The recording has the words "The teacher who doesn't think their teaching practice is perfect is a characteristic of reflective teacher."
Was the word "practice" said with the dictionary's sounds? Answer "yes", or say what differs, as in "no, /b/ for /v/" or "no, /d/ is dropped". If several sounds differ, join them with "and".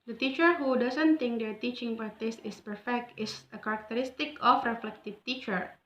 no, /k/ is dropped